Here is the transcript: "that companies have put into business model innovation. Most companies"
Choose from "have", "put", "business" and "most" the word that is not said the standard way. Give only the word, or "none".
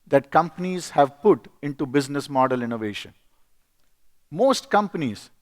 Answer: none